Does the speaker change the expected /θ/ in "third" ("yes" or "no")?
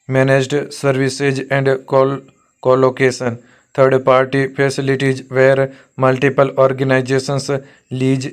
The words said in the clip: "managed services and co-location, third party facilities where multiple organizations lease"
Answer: yes